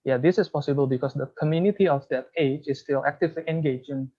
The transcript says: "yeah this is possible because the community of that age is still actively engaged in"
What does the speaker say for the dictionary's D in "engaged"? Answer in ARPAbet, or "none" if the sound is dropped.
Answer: none